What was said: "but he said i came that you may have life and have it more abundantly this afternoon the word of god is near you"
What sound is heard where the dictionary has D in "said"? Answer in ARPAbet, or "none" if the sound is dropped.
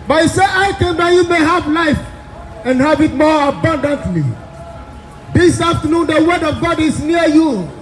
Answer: none